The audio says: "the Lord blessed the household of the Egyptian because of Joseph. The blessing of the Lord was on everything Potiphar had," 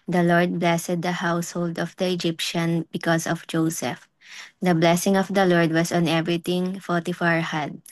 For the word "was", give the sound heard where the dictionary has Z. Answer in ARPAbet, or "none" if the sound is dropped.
S